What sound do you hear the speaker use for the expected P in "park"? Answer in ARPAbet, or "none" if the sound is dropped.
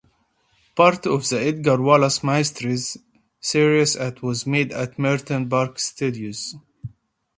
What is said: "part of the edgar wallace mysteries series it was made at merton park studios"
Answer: B